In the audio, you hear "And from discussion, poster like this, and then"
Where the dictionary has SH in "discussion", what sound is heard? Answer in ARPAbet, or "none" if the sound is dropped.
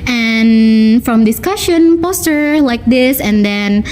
SH